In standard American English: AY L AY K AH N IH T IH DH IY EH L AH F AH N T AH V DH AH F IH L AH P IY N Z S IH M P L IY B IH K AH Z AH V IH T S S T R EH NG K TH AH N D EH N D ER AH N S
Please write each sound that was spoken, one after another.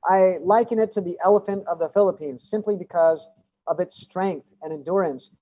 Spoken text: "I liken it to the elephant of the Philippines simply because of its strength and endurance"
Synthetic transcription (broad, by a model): AY L AY K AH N IH T IH DH IY EH L AH F AH N T AH V DH AH F IH L AH P IY N Z S IH M P L IY B IH K AH Z AH V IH T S S T R EH NG K TH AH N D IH N D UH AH N S